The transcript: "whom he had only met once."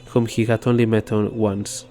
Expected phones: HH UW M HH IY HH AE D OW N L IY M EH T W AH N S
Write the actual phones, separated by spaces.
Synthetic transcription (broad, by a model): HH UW M HH IY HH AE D OW N L IY M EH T W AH N S